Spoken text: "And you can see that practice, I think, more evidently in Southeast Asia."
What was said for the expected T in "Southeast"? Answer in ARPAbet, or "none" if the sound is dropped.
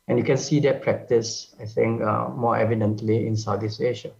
none